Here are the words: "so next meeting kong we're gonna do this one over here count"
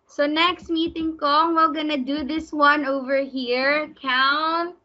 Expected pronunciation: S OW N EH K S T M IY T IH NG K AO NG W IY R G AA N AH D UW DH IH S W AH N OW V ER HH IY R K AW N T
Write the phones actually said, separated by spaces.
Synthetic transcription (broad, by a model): S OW N EH K S T M IY T IH NG K AO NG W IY L G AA N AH D UW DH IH S W AH N OW V ER HH IY R K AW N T